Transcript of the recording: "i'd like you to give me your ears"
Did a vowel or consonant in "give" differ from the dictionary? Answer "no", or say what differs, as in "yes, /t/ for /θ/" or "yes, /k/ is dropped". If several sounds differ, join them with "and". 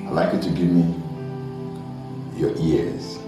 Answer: no